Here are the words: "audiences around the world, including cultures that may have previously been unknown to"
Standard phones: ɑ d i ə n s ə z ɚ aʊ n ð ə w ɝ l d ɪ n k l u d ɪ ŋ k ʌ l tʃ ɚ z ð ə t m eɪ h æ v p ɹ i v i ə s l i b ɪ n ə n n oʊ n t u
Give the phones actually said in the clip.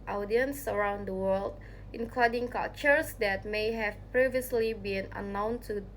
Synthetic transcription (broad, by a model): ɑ d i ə n s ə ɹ aʊ n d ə w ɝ l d ɪ n k l u d ɪ ŋ k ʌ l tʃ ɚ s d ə t m eɪ h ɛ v p ɹ i v i ə s l i b ɪ n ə n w n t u